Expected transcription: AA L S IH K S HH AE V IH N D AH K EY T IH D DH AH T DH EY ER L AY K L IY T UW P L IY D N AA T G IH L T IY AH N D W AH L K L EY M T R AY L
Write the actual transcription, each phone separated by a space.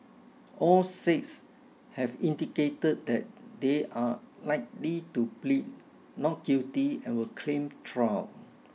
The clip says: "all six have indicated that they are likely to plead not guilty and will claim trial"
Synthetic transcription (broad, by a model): AA L S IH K S HH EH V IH N D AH K EY T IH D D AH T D EY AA L AY K L IY T UW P L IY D N AA T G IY T IY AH N W AH L K L EY M T R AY W